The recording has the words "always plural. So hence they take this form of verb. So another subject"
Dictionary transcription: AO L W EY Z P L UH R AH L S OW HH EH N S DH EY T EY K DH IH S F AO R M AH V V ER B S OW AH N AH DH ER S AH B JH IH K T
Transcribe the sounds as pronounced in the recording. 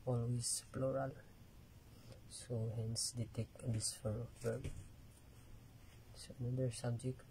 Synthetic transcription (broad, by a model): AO L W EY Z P L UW R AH L S OW HH EH N S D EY T EY K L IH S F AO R AH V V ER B S OW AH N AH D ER S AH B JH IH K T